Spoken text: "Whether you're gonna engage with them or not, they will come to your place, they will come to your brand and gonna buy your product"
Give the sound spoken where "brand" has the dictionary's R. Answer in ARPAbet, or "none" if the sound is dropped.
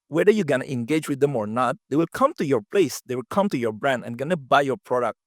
R